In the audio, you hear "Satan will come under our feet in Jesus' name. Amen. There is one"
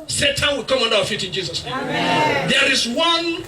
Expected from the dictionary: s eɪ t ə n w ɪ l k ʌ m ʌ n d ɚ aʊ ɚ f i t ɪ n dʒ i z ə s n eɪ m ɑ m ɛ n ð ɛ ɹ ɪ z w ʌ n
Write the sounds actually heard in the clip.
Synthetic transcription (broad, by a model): s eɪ t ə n w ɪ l k ʌ m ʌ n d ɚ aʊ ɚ f i t ɪ n dʒ i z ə s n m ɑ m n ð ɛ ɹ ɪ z w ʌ n